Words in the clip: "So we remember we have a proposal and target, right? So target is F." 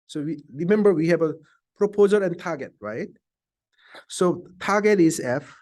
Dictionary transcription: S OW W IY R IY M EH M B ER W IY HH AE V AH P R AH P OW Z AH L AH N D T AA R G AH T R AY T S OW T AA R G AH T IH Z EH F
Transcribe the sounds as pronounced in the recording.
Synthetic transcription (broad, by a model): S OW W IY R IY M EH M B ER W IY HH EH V AH P R AH P OW Z AH L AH N T AA G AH T R AY T S OW T AA G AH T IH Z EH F